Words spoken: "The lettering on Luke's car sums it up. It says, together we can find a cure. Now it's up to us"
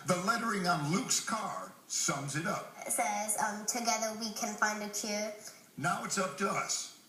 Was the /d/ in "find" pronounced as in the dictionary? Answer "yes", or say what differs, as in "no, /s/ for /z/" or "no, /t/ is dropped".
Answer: yes